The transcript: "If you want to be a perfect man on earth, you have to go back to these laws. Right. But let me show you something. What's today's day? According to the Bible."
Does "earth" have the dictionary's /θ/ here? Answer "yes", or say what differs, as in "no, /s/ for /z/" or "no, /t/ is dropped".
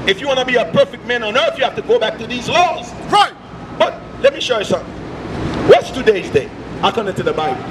yes